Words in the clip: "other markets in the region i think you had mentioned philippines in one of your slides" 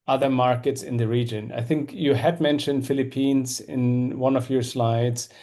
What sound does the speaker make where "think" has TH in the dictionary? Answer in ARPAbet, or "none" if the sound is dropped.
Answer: TH